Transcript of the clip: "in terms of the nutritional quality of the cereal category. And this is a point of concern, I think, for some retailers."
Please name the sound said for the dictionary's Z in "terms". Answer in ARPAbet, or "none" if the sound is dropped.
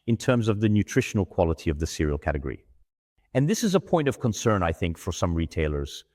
Z